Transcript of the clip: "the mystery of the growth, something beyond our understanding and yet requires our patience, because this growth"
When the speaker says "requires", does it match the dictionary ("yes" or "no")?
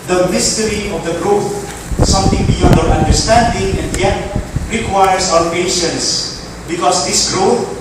no